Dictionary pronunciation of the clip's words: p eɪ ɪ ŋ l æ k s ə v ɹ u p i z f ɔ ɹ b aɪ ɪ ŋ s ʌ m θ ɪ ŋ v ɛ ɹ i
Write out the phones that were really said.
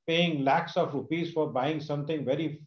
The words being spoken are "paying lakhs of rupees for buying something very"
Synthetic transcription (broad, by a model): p eɪ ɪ ŋ l æ k s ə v ɹ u p i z f ɔ ɹ b aɪ ɪ ŋ s ʌ m t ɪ ŋ v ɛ ɹ i